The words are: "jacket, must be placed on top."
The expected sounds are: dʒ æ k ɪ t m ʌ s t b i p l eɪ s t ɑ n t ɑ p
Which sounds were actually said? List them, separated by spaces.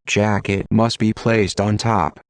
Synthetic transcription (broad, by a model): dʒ æ k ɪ t m ʌ s t b i p l eɪ s t n t ɑ p